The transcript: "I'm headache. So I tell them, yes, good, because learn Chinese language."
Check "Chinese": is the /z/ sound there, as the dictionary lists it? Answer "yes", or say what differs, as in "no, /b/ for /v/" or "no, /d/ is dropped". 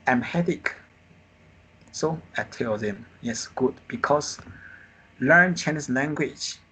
no, /s/ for /z/